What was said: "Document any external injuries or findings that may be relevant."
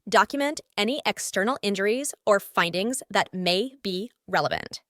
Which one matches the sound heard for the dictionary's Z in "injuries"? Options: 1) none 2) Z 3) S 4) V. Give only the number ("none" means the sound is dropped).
2